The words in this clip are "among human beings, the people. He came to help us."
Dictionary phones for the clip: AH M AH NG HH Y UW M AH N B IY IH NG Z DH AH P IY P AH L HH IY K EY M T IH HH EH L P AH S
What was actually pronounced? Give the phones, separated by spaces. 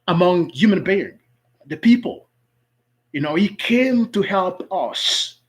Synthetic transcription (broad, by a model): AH M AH NG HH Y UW M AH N B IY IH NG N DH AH P IY P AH N HH IY K EY M T IH HH EH L P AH S